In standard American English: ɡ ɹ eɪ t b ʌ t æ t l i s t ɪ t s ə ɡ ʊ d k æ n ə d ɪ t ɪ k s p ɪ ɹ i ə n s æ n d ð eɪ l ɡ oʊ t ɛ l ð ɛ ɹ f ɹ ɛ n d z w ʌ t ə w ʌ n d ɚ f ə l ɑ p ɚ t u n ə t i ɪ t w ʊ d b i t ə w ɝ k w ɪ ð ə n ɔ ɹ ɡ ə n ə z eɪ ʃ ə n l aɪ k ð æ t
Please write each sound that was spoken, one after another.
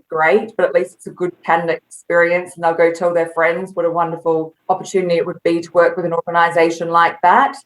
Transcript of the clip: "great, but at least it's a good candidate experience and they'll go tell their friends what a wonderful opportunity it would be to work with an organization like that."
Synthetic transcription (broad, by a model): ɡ ɹ eɪ t b ʌ t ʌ t l i s t ɪ t s ə ɡ ʊ d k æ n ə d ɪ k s s p ɪ ɹ i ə n s n ð eɪ l ɡ oʊ t ɛ l ð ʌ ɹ f ɹ ɛ n d z w ʌ t ə w ʌ n d ɚ f ə l ɑ p ɚ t u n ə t i ɪ t w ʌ d b i t ə w ɝ k w ɪ ð ə n ɔ ɹ ɡ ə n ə z eɪ ʃ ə n l aɪ k ð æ t